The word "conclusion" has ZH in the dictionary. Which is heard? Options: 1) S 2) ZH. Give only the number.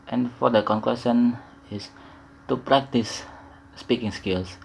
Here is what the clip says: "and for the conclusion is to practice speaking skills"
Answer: 1